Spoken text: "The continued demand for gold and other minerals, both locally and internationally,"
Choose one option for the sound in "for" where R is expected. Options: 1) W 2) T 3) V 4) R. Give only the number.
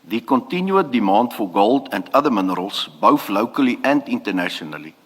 4